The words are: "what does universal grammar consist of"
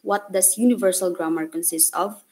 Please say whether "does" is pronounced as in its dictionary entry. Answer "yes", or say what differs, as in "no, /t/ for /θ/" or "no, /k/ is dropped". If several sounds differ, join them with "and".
no, /s/ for /z/